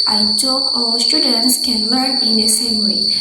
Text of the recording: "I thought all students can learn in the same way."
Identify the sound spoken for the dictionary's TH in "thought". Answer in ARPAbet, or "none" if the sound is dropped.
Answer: T